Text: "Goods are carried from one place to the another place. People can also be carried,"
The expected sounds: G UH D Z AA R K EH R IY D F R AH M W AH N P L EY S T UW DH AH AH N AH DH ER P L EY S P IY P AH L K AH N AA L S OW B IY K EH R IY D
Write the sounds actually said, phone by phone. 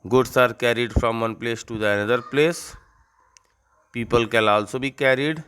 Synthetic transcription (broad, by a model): G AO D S AA R K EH R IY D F R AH M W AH N P L EY S T UW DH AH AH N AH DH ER P L EY S P IY P AH L K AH L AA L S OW B IY K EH R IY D